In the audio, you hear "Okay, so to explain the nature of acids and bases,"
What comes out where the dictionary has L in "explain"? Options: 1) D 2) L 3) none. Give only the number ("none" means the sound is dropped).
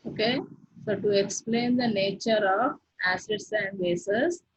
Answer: 2